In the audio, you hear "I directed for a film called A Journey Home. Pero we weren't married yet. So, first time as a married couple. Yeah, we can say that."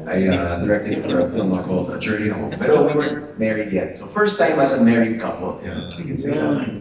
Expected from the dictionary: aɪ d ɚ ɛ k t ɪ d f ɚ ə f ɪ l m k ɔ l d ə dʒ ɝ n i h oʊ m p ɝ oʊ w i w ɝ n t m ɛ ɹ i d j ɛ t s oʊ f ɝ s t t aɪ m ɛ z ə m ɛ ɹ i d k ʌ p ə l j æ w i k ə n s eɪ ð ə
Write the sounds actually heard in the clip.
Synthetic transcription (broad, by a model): aɪ d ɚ ɛ k t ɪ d f ɚ ə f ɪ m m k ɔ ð ə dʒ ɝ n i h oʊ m b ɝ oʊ w i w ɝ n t m ɛ ɹ i d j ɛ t s oʊ f ɝ s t t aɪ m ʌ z ə m ɛ ɹ i d k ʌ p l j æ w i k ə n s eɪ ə